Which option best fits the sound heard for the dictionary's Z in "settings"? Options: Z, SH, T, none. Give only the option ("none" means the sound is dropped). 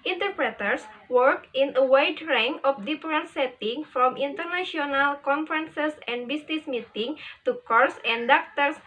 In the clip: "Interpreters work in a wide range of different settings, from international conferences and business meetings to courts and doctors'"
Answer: none